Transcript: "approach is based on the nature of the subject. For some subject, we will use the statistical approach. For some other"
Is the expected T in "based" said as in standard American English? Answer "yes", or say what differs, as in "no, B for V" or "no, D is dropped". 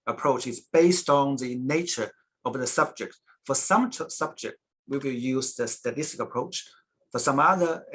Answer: yes